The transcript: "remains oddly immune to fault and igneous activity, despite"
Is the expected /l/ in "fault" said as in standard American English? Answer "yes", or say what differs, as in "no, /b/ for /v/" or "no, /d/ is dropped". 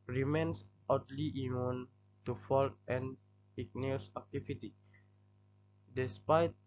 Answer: yes